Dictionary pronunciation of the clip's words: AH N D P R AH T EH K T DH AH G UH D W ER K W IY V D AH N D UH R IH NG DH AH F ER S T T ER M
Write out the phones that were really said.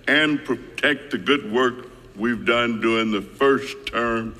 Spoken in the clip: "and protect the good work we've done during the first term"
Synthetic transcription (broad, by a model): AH N P R AH T EH K T DH AH G UH D W ER K W IY V D AH N D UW IH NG DH AH F ER S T T ER M